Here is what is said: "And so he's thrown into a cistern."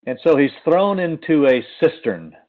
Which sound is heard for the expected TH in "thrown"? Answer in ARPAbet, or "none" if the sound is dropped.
TH